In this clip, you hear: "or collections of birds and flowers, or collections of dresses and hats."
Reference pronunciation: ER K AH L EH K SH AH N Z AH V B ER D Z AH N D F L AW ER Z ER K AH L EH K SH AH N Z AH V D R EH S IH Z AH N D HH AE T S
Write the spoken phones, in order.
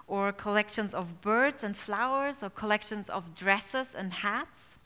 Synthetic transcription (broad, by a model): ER K AH L EH K SH AH N Z AH V B ER D Z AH N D F L AW ER Z ER K AH L EH K SH AH N Z AH V D R EH S IH Z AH N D HH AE T S